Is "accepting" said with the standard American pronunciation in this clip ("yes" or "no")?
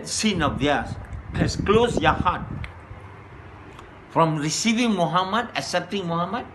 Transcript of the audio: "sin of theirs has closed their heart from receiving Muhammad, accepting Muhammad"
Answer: no